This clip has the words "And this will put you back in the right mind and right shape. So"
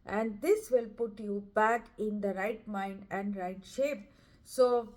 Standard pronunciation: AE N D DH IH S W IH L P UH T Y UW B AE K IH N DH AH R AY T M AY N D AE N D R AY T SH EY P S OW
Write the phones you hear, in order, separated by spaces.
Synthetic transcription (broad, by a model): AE N D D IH S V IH L P UH T Y UW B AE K IH N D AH R AY T M AY N D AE N D R AY T SH EY P S OW